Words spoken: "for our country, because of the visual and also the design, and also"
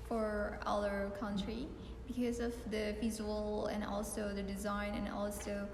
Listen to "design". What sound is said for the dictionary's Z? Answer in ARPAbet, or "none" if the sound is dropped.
Z